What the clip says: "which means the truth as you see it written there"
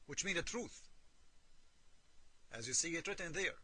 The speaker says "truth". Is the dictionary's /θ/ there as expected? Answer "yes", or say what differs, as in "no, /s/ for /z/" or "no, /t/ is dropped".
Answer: yes